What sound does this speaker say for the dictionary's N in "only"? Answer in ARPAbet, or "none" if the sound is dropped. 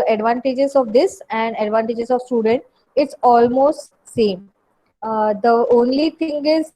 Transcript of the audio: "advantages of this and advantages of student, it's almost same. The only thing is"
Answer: N